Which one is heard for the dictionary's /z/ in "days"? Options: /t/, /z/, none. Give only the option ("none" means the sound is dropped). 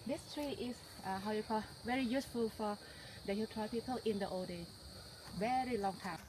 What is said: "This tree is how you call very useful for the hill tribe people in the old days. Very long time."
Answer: none